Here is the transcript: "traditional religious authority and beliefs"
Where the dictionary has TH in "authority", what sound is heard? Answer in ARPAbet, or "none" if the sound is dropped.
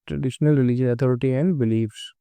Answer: T